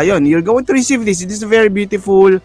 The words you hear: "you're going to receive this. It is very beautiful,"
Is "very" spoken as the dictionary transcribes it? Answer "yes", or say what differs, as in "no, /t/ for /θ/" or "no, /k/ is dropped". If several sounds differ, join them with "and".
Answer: yes